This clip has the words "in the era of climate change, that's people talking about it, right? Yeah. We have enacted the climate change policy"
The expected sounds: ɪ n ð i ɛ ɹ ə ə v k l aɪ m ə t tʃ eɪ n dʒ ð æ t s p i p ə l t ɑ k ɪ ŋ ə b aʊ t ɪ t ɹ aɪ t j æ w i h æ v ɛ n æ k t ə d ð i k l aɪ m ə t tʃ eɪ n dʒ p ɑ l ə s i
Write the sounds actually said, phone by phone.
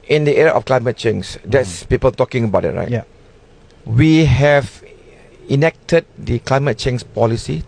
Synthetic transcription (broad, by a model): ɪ n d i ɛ ɹ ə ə f k l aɪ m ə t tʃ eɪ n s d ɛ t s p i p ə l t ɑ k ɪ ŋ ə b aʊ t ɪ t ɹ aɪ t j w i h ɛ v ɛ n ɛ k t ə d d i k l aɪ m ə t tʃ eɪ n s p ɑ l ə s i